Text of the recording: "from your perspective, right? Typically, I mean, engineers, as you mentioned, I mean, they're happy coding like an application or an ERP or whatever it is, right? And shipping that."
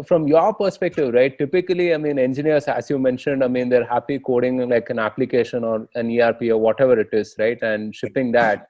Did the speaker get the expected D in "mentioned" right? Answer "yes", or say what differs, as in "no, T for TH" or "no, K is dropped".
yes